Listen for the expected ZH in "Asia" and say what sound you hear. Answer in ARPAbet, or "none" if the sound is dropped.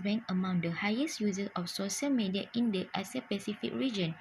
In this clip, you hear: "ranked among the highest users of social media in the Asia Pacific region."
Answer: S